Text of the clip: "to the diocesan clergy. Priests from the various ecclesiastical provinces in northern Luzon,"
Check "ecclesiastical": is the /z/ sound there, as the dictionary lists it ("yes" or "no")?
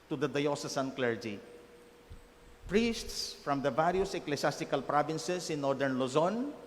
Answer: no